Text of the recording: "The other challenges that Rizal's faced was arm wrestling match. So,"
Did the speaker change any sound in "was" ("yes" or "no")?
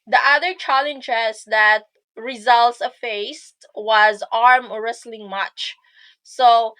no